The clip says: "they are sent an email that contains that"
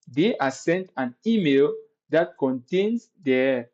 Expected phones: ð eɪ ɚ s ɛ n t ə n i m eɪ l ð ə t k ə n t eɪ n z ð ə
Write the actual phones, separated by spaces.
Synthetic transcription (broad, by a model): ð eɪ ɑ s ɛ n t ə n i m eɪ l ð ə t k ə n t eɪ n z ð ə